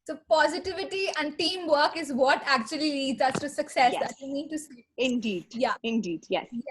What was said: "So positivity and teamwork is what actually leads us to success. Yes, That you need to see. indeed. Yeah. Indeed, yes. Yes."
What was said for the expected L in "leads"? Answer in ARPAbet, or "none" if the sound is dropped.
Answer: N